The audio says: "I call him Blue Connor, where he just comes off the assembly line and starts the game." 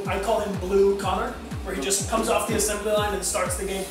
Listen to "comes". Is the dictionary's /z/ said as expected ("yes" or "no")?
yes